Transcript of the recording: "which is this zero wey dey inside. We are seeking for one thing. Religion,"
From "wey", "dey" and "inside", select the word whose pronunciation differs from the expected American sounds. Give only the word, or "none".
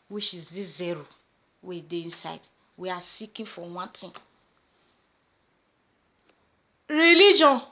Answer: none